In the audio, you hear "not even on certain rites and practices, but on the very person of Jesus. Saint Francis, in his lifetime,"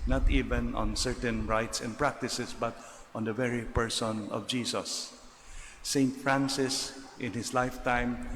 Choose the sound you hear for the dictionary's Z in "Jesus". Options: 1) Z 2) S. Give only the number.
2